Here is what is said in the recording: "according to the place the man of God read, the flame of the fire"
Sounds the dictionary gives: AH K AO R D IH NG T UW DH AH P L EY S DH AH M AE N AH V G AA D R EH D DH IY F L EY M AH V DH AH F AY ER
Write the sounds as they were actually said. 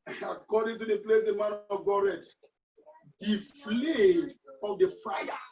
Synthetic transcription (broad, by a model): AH K AO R D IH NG T UW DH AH P L EY S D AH M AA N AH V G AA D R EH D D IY F L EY AH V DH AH F AY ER